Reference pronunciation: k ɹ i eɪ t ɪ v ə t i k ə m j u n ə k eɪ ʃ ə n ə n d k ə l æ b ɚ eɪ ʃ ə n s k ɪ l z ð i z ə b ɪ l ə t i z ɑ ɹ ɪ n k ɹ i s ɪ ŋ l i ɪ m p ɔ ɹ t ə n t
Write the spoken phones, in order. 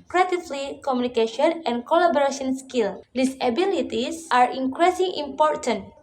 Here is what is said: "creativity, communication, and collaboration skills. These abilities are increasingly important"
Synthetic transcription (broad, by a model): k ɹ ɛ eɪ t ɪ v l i k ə m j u n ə k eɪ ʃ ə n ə n k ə l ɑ b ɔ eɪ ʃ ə n s k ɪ l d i s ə b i l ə t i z ɑ ɹ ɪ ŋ k ɹ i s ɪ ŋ i m p ɔ ɹ t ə n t